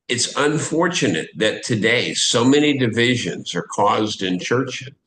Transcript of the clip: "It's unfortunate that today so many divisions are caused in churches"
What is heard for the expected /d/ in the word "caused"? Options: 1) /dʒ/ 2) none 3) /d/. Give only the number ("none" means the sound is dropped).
3